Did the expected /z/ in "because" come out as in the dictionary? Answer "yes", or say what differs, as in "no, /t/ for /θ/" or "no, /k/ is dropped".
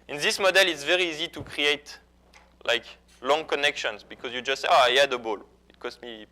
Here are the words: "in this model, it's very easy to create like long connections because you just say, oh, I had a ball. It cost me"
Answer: yes